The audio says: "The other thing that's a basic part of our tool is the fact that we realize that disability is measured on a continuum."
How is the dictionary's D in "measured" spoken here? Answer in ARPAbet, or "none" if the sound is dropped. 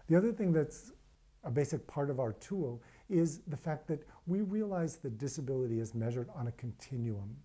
D